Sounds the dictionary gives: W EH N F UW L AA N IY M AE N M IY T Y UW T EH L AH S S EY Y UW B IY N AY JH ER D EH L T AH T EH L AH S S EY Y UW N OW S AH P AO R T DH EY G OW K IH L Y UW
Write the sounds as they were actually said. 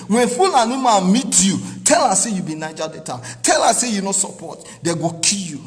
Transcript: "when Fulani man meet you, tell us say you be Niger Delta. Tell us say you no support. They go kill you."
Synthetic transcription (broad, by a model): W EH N F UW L AA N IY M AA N M IY T Y UW T EH L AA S S EY Y UW B IY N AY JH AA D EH T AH T EH L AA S S EY Y UW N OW S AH P AO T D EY G OW K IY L Y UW